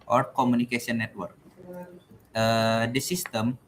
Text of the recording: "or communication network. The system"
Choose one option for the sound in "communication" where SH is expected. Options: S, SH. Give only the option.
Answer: S